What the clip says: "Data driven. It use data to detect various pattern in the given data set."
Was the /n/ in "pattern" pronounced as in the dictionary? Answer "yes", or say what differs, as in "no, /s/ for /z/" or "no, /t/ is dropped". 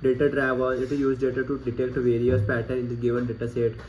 no, /n/ is dropped